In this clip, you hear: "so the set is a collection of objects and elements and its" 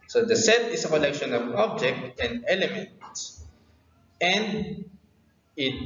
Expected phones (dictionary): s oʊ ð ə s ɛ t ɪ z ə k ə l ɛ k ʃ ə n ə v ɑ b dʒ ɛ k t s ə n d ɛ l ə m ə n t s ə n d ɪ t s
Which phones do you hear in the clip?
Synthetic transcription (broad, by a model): s oʊ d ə s ɛ t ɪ s ə k ə l ɛ k ʃ ə n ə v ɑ b dʒ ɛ k t ə n d ɛ l ə m ə n t s ə n d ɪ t